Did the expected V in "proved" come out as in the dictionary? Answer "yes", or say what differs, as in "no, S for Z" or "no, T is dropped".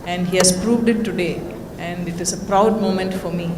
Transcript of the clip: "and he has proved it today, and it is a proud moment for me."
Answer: yes